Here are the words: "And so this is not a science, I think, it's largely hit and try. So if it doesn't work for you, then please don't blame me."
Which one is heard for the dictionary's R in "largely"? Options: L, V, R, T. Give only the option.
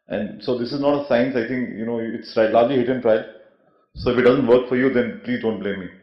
L